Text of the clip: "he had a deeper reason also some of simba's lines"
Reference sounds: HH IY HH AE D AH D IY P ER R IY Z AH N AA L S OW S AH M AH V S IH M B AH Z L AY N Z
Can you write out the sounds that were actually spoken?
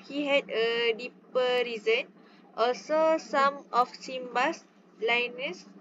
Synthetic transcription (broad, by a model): HH IY HH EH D AH D IY P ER R IY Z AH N AA L S OW S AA M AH F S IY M B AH S L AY N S